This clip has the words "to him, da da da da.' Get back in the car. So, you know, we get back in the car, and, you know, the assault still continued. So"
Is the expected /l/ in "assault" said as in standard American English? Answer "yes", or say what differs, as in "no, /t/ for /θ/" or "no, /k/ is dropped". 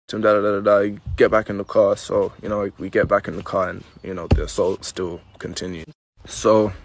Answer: yes